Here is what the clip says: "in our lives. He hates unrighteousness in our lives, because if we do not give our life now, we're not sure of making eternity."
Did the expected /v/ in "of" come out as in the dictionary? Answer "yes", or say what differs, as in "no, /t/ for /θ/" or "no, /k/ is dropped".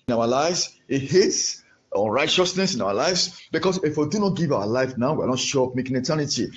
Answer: no, /p/ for /v/